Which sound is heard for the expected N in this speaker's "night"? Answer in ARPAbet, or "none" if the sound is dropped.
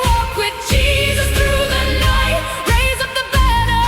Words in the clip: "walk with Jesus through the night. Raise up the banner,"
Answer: L